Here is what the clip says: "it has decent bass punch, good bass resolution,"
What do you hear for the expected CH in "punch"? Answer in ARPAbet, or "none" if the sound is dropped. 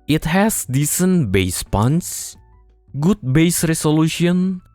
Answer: S